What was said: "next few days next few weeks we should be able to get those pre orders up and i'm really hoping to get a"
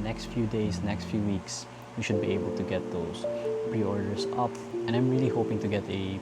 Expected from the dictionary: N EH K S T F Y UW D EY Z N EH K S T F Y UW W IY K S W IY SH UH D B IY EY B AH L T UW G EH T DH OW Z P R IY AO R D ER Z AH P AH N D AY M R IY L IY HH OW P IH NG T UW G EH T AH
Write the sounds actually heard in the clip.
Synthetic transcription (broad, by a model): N EH K S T F Y UW D EY S N EH K S T F Y UW W IY K S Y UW SH UH D B IY EY B AH L T UW G EH T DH OW S P R IY AO R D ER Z AH P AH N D AY M R IY L IY HH OW P IH NG T UW G EH T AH